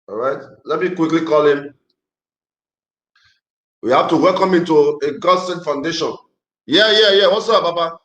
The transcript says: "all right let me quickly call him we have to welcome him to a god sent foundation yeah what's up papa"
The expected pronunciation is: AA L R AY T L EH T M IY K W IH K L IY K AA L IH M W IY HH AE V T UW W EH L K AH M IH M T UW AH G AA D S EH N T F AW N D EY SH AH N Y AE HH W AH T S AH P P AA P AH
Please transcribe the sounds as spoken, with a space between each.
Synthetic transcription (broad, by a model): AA R AY T L EH T M IY K W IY K L IY K AA L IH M W IY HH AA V T UW W EH L K AH M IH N T UW AH G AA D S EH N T F AW N D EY SH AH N Y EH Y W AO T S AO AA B AA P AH